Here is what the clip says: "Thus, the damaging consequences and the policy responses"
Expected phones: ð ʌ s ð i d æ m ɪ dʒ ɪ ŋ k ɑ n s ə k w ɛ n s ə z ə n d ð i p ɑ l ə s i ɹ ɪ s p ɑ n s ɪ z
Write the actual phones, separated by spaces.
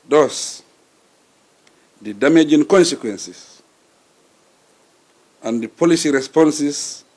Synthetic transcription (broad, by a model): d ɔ s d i d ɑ m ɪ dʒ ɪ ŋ k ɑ n s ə k w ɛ n s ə s ə n d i p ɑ l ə s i ɹ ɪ s p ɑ n s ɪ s